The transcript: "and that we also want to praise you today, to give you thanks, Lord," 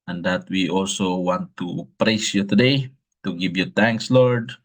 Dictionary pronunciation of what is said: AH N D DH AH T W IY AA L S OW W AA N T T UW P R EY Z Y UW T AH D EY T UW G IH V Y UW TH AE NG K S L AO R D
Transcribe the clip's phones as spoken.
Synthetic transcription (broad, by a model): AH N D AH T W IY AA L S OW W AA N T T UW P R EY S Y UW T AH D EY T UW G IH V Y UW T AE NG K S L AO R D